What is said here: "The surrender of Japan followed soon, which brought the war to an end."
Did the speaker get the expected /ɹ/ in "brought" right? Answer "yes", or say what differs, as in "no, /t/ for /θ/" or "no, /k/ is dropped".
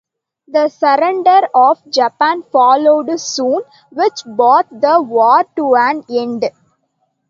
no, /ɹ/ is dropped